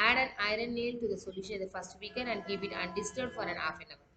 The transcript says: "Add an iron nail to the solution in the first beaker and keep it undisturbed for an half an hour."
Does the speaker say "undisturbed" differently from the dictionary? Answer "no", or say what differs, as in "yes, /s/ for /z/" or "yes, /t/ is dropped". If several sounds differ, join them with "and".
yes, /b/ is dropped